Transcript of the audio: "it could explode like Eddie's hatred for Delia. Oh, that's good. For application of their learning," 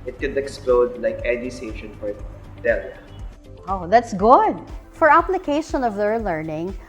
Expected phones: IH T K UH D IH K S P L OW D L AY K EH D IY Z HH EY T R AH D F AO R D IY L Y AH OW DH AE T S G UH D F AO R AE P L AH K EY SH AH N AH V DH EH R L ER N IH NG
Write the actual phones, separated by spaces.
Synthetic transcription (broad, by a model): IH T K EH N IH K S P L OW D L AY K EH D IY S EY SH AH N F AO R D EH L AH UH DH AE T S G UH D F AO R AE P L AH K EY SH AH N AH V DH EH R L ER N IH NG